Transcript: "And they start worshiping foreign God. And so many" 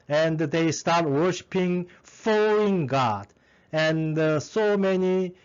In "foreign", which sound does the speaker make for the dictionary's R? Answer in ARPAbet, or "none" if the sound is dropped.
L